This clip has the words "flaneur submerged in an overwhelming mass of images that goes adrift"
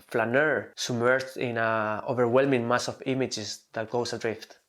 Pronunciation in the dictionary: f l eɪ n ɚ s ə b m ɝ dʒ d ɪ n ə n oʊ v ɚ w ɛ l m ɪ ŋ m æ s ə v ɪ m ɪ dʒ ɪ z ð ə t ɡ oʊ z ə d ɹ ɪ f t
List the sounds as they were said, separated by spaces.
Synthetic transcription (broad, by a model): f l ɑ n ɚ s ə m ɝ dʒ ɪ n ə oʊ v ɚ w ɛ l m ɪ ŋ m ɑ s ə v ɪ m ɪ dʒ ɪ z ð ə t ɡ oʊ s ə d ɹ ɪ f t